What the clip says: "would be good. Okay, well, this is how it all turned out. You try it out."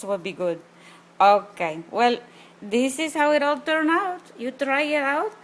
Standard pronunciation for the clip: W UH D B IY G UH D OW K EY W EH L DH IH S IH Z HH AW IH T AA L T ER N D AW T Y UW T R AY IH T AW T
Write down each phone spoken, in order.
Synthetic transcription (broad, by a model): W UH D B IY G UH D OW K EY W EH L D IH S IH Z HH AW IH T AA L T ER N AW T Y UW T R AY IH T AW T